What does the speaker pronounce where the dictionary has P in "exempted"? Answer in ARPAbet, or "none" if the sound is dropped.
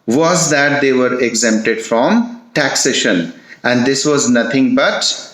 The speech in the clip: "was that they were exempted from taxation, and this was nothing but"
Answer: P